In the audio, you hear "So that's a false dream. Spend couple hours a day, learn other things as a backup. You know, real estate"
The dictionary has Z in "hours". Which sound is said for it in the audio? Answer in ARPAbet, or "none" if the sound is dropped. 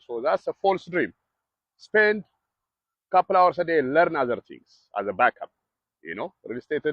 S